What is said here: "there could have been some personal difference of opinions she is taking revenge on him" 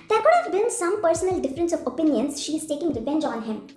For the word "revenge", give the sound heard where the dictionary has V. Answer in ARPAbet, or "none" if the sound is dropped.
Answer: P